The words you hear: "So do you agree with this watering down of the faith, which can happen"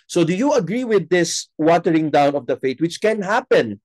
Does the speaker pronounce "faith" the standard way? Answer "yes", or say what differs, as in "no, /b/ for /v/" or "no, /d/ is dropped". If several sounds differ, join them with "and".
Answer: no, /t/ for /θ/